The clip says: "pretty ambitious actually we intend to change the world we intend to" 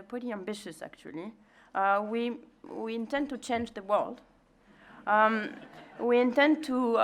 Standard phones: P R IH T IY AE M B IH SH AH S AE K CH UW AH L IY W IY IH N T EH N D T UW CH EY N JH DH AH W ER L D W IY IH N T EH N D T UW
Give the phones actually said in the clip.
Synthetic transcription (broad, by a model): P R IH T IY AE M B IH SH AH S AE K CH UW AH W IY W IY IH N T EH N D T UW CH EY N JH DH AH W ER L D W IY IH N T EH N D T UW